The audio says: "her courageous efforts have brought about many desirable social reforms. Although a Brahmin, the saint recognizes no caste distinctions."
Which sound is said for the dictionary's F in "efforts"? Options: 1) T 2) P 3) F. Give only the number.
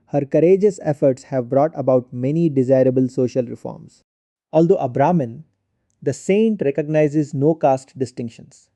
3